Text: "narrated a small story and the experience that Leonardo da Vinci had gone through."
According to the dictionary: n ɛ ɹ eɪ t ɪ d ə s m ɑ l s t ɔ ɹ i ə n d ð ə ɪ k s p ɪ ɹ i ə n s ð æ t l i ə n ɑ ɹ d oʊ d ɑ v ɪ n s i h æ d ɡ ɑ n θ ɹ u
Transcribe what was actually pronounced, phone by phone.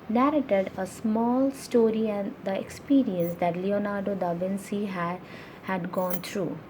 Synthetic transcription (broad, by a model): n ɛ ɹ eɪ t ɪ d ə s m ɑ l s t ɔ ɹ i ə n d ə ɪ k s p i ɹ i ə n s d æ t l i ə n ɑ ɹ d oʊ d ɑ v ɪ n s i h æ d ɡ ɑ n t ɹ u